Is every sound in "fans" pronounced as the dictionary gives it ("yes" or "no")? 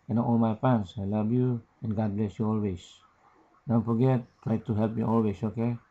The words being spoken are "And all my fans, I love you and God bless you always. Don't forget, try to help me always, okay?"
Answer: no